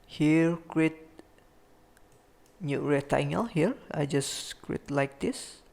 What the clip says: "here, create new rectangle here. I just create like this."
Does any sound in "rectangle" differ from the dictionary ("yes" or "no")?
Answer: yes